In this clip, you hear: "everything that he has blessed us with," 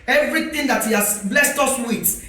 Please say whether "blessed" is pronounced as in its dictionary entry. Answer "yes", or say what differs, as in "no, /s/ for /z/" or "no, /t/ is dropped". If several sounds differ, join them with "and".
yes